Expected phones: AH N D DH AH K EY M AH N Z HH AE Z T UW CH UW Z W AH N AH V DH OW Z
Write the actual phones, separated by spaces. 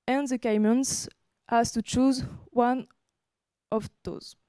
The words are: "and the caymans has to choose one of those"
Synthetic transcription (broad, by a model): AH N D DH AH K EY M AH N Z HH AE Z T UW CH UW Z W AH N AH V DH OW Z